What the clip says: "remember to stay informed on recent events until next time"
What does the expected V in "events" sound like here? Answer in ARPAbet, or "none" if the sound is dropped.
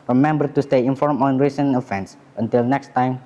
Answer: F